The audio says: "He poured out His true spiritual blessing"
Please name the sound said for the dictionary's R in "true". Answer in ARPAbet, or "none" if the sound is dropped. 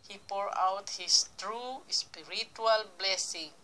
R